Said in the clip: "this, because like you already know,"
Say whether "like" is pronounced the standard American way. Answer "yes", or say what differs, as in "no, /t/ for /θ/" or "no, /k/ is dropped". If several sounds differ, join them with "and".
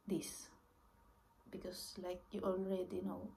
yes